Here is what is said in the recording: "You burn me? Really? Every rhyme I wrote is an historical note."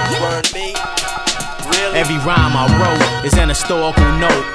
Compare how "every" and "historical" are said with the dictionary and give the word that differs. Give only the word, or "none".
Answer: historical